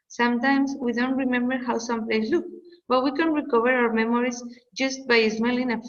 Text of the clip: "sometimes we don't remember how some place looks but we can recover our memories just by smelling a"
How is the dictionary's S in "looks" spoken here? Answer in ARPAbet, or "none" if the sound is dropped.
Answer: none